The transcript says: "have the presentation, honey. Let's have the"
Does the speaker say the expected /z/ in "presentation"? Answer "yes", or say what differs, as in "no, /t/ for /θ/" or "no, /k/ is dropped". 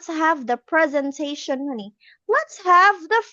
yes